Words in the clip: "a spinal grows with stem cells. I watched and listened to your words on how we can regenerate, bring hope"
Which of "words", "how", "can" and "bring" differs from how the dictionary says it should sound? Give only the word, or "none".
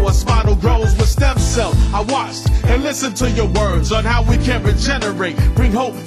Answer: none